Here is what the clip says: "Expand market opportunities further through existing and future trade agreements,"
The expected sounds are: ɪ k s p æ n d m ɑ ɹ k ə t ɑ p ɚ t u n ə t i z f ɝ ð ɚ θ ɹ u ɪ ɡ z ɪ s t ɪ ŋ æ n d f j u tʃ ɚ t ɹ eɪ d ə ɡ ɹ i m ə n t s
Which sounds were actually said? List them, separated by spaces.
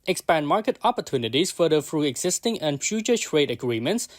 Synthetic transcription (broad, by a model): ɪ k s p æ n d m ɑ ɹ k ə t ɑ p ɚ t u n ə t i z f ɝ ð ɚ f ɹ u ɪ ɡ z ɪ s t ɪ ŋ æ n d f j u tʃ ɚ t ɹ eɪ d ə ɡ ɹ i m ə n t s